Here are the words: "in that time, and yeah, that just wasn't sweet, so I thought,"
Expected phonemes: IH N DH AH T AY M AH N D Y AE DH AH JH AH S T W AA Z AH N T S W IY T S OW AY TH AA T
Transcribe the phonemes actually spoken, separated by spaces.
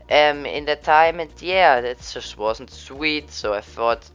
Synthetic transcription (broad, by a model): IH N DH AH T AY M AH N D Y AE DH AH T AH S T W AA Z N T S W IY T S OW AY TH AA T